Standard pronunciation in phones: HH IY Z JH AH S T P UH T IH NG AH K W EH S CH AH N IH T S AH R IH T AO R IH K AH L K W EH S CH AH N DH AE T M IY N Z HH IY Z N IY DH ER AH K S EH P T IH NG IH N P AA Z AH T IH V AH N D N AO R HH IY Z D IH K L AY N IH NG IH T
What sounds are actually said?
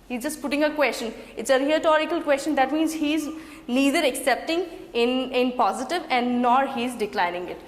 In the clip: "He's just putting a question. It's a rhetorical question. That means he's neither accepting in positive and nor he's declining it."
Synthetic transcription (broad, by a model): HH IY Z JH AH S T P UH T IH NG AH K W EH S CH AH N IH T S AH R IH T AO R IH K AH L K W EH S CH AH N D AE T M IY N Z HH IY Z N IY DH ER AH K S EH P T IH NG IH N P AA Z AH T IH V AH N D N AO R HH IY Z D IH K L AY N IH NG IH T